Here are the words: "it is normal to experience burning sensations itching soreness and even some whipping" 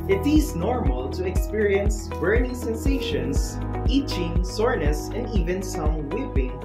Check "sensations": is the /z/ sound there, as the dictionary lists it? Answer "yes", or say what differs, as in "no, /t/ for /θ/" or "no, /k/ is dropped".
no, /s/ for /z/